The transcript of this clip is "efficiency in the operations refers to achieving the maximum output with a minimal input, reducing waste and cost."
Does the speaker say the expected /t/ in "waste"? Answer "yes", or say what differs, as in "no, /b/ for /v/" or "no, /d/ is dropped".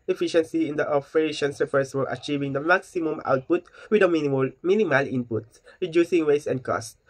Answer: no, /t/ is dropped